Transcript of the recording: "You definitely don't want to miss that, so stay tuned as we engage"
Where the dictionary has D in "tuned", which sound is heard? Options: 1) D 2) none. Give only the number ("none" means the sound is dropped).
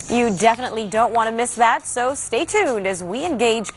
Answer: 1